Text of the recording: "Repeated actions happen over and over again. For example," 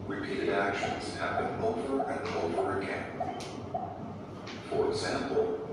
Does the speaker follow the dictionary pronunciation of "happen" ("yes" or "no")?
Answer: no